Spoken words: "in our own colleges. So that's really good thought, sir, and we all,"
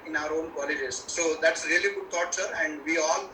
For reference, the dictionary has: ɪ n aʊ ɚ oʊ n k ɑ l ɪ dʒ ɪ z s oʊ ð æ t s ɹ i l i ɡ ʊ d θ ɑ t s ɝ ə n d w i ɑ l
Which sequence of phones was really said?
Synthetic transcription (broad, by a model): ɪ n aʊ ɚ oʊ n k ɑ l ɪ dʒ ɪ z s oʊ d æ t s ɹ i l i ɡ ʊ d t ɑ t s ɝ ə n d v i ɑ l